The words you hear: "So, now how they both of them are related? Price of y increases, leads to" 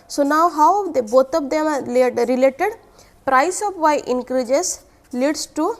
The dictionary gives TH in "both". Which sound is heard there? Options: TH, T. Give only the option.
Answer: T